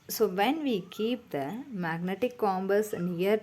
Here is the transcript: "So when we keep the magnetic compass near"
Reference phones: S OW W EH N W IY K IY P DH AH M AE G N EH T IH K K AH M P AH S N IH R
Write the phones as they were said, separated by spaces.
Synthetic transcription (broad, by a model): S OW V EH N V IY K IY P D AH M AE G N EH T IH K K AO M B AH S N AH R